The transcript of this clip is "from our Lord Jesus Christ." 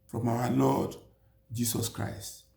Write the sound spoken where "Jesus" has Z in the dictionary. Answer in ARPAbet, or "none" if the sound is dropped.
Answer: S